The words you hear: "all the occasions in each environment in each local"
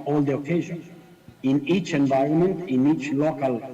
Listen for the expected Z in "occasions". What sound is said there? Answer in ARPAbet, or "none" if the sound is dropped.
none